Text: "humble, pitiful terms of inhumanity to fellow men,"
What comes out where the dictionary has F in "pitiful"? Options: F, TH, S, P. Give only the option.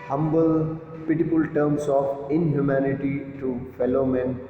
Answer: P